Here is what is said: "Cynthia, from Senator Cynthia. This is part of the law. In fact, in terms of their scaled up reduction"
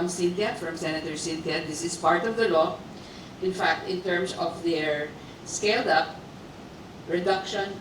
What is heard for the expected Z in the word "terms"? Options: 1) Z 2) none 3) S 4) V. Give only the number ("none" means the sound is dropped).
3